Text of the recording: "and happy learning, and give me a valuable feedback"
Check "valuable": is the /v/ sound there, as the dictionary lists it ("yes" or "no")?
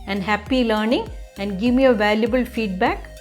yes